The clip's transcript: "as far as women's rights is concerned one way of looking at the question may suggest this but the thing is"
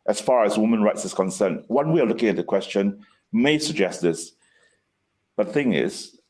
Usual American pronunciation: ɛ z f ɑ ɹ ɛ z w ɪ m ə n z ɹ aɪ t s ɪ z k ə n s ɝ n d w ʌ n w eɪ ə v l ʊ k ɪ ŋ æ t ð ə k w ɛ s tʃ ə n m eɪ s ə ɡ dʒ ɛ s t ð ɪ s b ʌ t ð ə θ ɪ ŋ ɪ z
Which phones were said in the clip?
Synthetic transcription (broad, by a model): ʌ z f ɑ ɹ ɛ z w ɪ m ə n ɹ aɪ t s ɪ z k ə n s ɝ n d w ʌ n w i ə l ʊ k ɪ ŋ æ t ð ə k w ɛ s tʃ ə n m eɪ s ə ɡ dʒ ɛ s t ð ɪ s b ʌ t ð ə θ ɪ ŋ ɪ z